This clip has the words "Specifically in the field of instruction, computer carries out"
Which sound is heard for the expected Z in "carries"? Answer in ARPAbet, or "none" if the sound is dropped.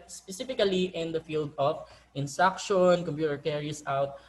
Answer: S